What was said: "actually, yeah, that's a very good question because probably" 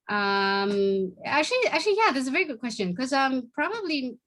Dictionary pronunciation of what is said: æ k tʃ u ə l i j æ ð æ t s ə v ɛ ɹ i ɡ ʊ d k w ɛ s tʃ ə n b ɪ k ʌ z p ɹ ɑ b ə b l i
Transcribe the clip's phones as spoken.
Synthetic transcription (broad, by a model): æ k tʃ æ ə l i j æ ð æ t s ə v ɛ ɹ i ɡ ʊ d k w ɛ s tʃ ə n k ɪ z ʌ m p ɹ ɑ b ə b l i